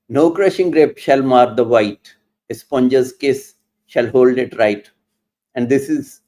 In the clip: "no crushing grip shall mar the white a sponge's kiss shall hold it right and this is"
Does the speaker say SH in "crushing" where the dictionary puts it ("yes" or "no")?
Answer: yes